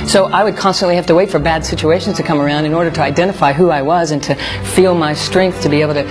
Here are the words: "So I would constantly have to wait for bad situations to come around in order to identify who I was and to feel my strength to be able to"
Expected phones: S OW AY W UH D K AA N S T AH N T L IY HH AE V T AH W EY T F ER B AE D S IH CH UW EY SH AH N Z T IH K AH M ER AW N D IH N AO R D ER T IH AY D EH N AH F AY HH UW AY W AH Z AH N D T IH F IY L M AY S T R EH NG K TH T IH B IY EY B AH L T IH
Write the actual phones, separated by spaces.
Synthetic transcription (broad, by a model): S OW AY W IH D K AA N S T AH N T L IY HH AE F T AH W EY T F ER B AE D S IH CH UW EY SH N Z T IH K AH M ER AW N D IH N AO R D ER T IH AY D EH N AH F AY HH UW AY W AH Z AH N T IH F IY L M AY S T R EH NG K TH T IH B IY EY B L T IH